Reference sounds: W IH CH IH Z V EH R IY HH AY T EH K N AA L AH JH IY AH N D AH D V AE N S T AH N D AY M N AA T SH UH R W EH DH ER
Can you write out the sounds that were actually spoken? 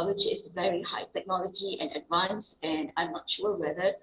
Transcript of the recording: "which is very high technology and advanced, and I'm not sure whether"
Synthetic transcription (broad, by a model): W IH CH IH S V EH R IY HH AY T EH K N AA L AH JH IY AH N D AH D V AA N S AH N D AY M N AA T SH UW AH W EH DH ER